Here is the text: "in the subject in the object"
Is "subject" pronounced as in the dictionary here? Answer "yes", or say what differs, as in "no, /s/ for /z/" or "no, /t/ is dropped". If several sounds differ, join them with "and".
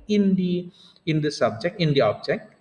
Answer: yes